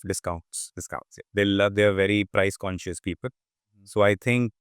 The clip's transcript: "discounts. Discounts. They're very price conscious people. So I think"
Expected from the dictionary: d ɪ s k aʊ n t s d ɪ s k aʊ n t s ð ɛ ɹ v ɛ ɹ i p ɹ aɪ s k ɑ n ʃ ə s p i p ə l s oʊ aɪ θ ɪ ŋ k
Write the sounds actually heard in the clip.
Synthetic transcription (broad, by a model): d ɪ s k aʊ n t s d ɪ s k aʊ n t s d ɛ l v ɛ ɹ i p ɹ aɪ s k ɑ n ʃ ə s p i p ə l s oʊ aɪ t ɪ ŋ k